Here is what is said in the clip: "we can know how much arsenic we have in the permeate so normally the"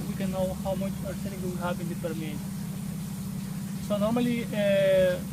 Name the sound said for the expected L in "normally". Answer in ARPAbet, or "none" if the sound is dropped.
none